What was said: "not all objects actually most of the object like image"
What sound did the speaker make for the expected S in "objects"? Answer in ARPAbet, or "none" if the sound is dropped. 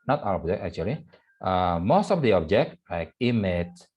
none